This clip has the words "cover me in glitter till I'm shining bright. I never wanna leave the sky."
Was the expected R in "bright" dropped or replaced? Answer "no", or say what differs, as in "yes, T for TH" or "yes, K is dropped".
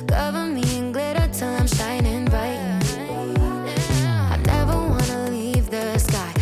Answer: yes, R is dropped